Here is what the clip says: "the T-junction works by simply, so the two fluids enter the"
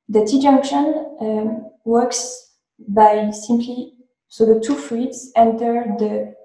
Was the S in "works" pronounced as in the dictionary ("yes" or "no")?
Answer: yes